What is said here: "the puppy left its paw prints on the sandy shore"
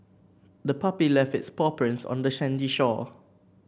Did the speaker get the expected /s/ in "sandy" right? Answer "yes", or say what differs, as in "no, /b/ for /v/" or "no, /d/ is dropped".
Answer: no, /ʃ/ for /s/